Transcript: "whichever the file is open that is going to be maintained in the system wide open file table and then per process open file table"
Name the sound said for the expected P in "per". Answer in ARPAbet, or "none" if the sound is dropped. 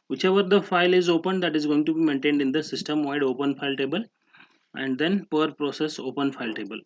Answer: P